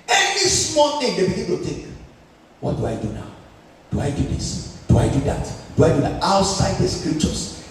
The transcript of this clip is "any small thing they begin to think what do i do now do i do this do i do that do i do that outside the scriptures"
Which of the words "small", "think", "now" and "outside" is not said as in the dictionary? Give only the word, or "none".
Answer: think